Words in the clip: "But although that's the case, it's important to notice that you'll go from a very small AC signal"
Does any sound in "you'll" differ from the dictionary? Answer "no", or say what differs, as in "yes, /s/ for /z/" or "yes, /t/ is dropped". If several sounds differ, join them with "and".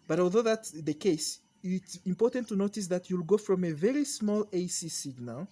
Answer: no